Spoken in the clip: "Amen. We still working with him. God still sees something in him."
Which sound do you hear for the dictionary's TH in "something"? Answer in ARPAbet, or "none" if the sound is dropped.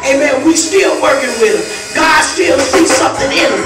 TH